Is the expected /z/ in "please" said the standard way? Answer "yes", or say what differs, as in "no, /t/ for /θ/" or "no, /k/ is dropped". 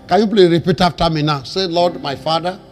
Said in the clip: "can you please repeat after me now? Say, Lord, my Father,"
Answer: no, /z/ is dropped